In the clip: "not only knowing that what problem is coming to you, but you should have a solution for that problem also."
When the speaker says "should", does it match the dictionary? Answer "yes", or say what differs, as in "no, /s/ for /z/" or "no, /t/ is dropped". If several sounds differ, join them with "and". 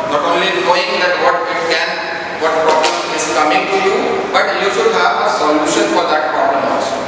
no, /s/ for /ʃ/